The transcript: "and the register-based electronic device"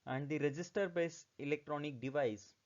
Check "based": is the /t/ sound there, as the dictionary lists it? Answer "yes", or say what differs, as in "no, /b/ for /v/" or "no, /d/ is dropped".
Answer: no, /t/ is dropped